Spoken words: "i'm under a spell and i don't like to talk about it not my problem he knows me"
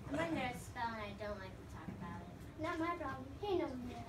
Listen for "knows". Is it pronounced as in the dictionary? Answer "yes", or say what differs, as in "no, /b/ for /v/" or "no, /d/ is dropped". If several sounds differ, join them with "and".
no, /z/ is dropped